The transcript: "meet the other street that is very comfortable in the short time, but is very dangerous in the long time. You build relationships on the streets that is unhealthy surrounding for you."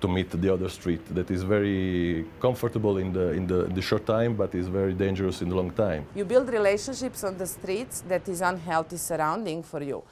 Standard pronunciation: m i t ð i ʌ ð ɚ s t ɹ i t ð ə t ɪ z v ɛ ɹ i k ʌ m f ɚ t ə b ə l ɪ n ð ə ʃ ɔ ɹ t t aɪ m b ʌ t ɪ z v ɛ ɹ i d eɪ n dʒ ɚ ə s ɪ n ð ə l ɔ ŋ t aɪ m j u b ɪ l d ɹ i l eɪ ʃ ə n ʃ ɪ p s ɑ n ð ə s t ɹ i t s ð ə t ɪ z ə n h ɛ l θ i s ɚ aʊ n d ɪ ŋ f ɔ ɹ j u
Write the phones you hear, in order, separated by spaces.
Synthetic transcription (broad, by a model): m i t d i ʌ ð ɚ s t ɹ i t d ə t ɪ z v ɛ ɹ i k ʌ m f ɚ t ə b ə l ɪ n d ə ʃ ɔ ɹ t t aɪ m b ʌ t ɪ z v ɛ ɹ i d eɪ n dʒ ɚ ə s ɪ n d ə l ɔ ŋ t aɪ m j u b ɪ l d ɹ i l eɪ ʃ ə n ʃ ɪ p s ɑ n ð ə s t ɹ i t s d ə t ɪ z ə n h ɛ l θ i s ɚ aʊ n d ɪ ŋ f ɔ ɹ j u